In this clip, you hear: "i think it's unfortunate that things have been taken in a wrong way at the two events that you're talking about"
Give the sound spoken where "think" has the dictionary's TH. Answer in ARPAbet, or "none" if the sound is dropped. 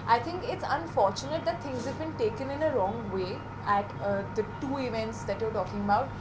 T